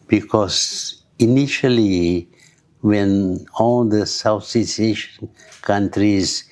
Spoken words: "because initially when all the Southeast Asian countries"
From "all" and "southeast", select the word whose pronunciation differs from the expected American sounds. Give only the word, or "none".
southeast